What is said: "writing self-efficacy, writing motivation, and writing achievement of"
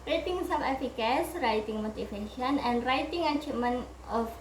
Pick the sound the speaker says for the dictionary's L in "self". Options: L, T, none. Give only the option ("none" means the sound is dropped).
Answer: none